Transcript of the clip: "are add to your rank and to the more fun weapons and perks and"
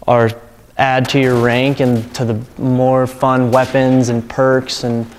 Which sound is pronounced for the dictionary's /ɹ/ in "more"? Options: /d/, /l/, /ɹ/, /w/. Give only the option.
/ɹ/